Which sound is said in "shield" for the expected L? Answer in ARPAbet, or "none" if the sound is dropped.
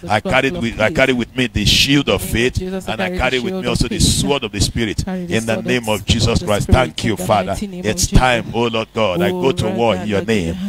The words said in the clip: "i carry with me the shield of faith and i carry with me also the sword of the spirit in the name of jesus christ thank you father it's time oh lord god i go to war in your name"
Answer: L